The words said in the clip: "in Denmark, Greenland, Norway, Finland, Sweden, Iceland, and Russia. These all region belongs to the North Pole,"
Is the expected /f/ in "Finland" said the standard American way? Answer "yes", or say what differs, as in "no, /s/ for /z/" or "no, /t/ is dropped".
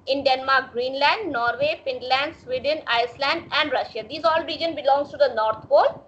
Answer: no, /p/ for /f/